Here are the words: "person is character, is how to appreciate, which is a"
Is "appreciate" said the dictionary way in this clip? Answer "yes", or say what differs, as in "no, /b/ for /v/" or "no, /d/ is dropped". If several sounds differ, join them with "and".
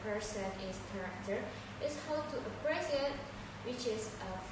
no, /s/ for /ʃ/